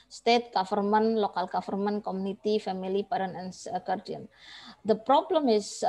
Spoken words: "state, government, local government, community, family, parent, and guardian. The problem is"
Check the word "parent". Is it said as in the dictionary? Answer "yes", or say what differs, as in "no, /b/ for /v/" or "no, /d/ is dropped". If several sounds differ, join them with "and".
no, /t/ is dropped